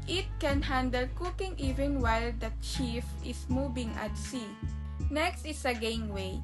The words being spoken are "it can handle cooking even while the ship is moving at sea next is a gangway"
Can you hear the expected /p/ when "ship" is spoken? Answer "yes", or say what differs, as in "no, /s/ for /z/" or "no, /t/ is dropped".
no, /f/ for /p/